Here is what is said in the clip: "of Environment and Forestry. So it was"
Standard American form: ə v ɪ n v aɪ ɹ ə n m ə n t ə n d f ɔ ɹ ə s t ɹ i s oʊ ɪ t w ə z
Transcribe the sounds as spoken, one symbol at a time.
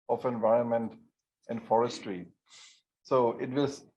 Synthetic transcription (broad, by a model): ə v ɪ n v aɪ ɹ ə n m ə n t ə n d f ɔ ɹ ə s t ɹ i s oʊ ɪ t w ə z